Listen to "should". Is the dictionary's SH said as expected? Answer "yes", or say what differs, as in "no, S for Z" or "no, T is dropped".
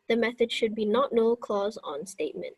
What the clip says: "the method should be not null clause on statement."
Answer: yes